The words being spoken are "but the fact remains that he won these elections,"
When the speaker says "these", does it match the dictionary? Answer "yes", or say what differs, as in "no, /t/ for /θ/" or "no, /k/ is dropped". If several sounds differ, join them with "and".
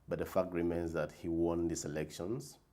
no, /s/ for /z/